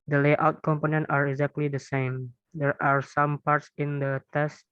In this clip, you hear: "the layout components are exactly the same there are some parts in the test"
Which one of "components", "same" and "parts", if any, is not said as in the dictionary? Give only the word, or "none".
components